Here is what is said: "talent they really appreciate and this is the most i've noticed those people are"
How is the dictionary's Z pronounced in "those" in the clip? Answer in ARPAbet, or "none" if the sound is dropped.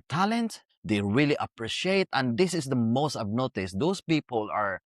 S